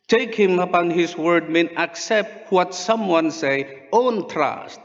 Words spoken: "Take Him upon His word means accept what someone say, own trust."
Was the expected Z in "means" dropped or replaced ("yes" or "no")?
yes